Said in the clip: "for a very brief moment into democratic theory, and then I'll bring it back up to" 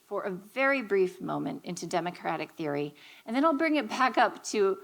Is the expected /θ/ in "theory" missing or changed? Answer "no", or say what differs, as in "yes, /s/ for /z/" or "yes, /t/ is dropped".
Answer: no